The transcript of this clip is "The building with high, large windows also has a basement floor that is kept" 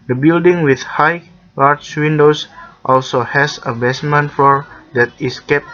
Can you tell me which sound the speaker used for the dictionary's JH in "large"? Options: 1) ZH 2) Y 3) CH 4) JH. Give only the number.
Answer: 3